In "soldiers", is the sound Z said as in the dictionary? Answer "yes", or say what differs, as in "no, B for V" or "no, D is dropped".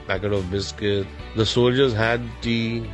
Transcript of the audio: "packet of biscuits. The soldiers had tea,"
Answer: yes